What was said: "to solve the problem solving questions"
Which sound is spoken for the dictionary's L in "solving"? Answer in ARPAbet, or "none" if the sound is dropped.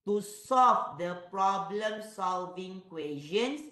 L